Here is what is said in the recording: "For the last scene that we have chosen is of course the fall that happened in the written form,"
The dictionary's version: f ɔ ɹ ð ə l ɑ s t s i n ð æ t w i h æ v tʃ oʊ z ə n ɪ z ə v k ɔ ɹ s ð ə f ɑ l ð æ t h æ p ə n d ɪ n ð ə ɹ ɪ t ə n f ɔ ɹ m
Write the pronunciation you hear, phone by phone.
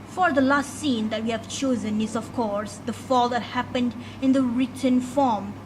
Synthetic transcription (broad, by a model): f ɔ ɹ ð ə l ɑ s t s i n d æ t w i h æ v tʃ oʊ z ə n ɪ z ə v k ɔ ɹ s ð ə f ɑ l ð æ t h æ p ə n d ɪ n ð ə ɹ ɪ t ə n f ɔ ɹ m